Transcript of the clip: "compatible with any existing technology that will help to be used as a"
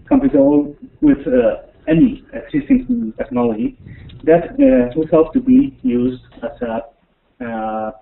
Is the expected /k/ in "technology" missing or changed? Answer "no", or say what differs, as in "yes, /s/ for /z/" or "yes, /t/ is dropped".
no